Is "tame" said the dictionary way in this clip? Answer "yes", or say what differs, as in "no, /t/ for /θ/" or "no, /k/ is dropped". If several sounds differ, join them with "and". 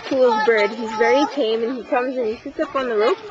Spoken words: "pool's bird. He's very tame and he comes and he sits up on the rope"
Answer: yes